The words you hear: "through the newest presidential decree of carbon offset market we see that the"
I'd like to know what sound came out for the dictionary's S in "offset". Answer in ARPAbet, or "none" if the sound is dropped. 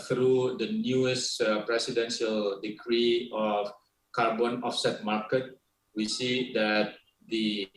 S